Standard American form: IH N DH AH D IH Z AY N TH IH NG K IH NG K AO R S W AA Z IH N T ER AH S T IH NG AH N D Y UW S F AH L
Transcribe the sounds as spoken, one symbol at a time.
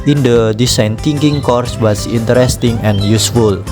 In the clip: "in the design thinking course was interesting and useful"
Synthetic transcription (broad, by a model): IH N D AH D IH S AY N T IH NG K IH NG K AO R S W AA S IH N T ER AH S T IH NG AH N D Y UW S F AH L